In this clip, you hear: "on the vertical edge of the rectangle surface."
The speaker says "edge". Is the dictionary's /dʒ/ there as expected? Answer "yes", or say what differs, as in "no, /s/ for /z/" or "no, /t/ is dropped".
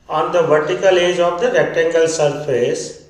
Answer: yes